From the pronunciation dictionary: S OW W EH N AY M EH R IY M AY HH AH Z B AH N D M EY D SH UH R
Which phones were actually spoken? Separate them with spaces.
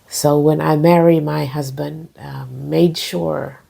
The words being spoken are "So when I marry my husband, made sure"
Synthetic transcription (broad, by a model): S OW W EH N AY M EH R IY M AY HH AH Z B AH N D M EY D SH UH R